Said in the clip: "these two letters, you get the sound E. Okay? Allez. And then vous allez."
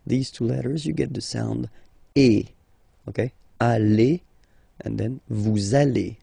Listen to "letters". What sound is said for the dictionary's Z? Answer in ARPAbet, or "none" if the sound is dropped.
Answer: Z